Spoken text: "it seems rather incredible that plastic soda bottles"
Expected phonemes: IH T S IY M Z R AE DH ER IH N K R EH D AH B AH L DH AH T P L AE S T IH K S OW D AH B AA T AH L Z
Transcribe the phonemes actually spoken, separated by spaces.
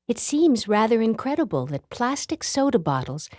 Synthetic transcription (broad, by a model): IH T S IY M Z R AE DH ER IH N K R EH D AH B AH L DH AH T P L AE S T IH K S OW D AH B AA T L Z